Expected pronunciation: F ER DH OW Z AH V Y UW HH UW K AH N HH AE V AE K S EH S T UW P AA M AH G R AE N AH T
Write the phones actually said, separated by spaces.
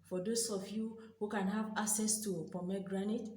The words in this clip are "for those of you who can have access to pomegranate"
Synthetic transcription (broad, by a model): F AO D OW S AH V Y UW HH UW K AH N HH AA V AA K S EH S T UW P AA M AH G R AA N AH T